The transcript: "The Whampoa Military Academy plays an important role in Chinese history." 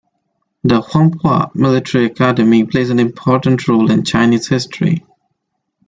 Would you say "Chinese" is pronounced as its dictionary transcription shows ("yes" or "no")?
yes